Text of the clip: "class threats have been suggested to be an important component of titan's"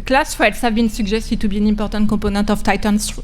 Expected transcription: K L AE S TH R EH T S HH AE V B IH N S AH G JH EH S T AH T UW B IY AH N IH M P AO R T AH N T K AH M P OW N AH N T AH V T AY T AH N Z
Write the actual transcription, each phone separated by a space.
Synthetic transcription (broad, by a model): K L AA S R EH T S HH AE V B IH N S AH G ZH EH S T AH T UW B IY N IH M P AO R T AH T K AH P OW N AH T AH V T AY T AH N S